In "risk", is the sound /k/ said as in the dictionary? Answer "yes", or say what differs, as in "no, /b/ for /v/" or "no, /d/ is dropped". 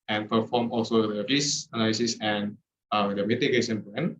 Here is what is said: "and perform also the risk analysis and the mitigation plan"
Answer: no, /k/ is dropped